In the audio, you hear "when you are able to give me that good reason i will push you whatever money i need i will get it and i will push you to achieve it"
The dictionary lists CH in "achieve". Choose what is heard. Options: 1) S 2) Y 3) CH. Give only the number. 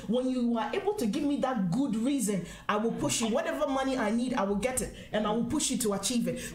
3